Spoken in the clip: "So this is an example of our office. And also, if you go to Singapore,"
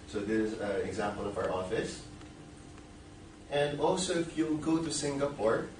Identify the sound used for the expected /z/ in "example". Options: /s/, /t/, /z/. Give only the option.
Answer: /z/